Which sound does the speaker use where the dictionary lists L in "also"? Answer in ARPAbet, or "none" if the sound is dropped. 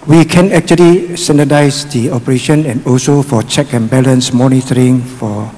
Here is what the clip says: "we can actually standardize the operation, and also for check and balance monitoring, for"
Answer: L